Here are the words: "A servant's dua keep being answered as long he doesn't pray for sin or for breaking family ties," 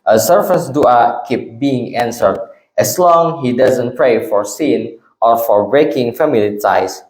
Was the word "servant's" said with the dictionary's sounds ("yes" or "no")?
no